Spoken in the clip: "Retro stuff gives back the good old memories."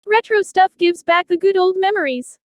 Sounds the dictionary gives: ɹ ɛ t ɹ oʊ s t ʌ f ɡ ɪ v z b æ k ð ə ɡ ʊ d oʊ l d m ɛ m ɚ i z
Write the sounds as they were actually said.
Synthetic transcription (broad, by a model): ɹ ɛ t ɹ oʊ s t ʌ f ɡ ɪ v z b æ k ð ə ɡ ʊ d oʊ l d m ɛ m ɚ i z